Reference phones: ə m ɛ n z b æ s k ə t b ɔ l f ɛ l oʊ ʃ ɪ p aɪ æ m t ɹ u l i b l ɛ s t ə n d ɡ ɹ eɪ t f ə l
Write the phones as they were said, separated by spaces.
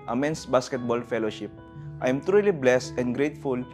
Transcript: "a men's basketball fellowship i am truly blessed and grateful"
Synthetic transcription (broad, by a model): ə m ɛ n s b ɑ s k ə t b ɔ l f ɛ l oʊ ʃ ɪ p aɪ m t ɹ u l i b l ɛ s t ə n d ɡ ɹ eɪ t f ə l